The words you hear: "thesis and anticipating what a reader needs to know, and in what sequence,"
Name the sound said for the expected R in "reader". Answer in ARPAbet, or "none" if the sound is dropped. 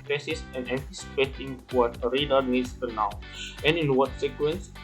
R